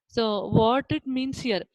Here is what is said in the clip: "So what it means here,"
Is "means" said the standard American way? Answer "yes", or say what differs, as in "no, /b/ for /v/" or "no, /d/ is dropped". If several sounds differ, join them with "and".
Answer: no, /s/ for /z/